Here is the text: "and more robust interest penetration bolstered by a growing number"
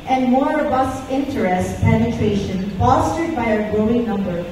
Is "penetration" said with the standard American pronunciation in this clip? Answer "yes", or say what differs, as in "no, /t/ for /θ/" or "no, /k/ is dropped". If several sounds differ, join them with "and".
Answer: yes